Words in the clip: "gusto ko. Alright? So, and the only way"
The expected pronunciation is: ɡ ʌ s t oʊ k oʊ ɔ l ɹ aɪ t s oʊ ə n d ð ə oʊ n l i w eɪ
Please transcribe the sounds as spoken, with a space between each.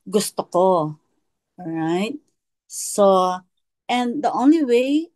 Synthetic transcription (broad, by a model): ɡ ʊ s t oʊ k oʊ ɔ ɹ aɪ t s oʊ ə n d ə oʊ n l i w eɪ